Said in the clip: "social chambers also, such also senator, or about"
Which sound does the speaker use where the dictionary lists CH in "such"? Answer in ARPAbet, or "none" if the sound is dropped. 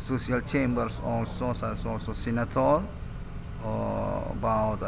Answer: S